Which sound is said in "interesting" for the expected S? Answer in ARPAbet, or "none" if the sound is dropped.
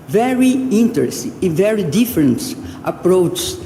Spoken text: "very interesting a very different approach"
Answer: none